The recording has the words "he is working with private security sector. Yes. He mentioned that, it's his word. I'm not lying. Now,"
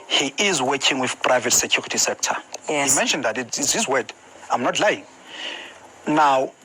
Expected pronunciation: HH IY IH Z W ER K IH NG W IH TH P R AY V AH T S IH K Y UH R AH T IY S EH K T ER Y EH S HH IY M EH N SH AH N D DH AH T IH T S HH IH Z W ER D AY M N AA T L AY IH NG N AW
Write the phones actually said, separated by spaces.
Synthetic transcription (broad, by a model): HH IY IH Z W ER K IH NG W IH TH P R AY V AH T S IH K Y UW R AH T IY S EH K T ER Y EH HH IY M EH N SH AH N D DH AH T IH T S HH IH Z W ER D AY M N AA T L AY IH NG N AW